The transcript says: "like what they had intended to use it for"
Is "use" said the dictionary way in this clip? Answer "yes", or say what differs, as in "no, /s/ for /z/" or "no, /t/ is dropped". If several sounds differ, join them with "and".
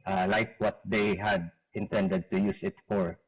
yes